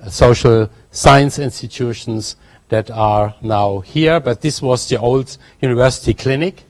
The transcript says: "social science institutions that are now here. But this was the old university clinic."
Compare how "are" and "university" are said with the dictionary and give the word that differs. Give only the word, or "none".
none